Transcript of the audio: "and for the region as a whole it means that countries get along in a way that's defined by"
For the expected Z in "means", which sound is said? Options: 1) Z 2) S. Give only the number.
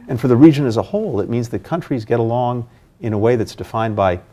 1